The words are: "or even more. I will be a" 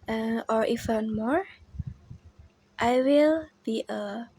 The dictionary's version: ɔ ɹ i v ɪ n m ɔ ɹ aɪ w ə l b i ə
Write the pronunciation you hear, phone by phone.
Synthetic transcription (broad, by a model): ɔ ɹ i f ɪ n m ɔ ɹ aɪ w ə l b i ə